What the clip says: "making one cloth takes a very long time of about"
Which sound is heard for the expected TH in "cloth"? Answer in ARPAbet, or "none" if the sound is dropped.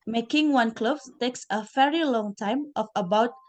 S